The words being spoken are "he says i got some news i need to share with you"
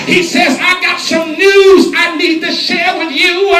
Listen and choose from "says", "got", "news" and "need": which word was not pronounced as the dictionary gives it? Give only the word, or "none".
none